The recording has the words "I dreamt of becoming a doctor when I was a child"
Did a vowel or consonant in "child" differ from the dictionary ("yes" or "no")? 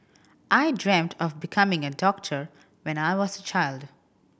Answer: no